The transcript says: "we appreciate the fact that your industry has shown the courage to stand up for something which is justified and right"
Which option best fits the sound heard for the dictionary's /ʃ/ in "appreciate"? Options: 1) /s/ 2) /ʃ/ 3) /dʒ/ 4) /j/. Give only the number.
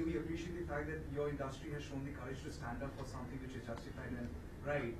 2